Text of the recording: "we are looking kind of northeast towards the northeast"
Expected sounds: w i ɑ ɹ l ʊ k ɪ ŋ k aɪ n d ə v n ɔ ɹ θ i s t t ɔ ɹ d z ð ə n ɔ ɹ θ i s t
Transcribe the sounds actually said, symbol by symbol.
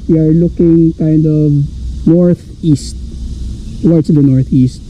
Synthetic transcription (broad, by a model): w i ɑ ɹ l ʊ k ɪ ŋ k aɪ n d ə v n ɔ ɹ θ i s t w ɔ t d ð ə n ɔ ɹ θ i s t